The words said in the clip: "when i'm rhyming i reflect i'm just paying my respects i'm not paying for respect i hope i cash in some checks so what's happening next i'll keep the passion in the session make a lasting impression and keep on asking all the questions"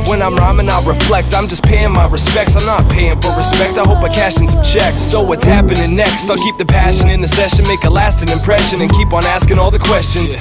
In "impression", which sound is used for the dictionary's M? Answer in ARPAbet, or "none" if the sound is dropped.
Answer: M